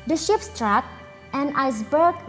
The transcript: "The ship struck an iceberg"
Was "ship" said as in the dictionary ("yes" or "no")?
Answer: yes